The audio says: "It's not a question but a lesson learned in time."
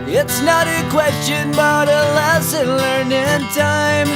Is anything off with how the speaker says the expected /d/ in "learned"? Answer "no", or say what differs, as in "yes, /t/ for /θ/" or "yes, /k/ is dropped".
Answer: yes, /d/ is dropped